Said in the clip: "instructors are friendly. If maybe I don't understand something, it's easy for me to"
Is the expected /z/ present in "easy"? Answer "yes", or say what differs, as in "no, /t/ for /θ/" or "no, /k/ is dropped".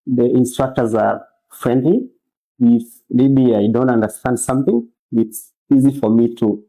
yes